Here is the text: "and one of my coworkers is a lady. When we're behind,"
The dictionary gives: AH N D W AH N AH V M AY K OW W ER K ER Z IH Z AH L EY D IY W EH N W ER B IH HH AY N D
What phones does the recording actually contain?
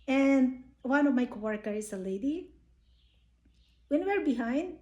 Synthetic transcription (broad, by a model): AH N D W AH N AH V M AY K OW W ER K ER IH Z AH L EY D IY W EH N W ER B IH HH AY N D